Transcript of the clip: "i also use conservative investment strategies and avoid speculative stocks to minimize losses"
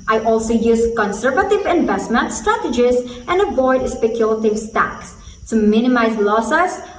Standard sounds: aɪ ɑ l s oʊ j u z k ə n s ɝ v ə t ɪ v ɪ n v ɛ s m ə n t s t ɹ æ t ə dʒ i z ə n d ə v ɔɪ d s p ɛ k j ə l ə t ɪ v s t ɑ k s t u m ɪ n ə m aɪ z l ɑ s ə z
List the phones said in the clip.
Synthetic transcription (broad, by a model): aɪ ɑ l s oʊ j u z k ə n s ɝ v ə t ɪ v ɪ n v ɛ s m ə n t s t ɹ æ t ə dʒ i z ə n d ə b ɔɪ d s p ɛ k j ə l ə t ɪ v s t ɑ k s t u m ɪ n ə m aɪ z l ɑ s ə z